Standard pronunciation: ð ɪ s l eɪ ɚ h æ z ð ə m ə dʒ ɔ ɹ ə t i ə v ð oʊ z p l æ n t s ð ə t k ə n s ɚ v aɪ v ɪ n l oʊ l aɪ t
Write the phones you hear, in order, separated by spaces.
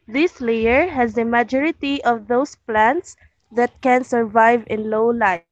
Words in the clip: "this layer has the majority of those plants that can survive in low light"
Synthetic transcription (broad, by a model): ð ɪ s l eɪ ɚ h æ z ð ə m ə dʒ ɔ ɹ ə t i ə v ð oʊ s p l æ n t s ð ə t k ə n s ɚ v aɪ v ɪ n l oʊ l aɪ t